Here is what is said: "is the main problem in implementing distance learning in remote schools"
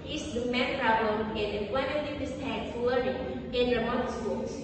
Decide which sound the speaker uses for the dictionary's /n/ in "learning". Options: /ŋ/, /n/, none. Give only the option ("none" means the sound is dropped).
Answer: none